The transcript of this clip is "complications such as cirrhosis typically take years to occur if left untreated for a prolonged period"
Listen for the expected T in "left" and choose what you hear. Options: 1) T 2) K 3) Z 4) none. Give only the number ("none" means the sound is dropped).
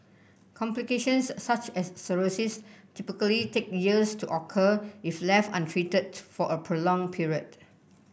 4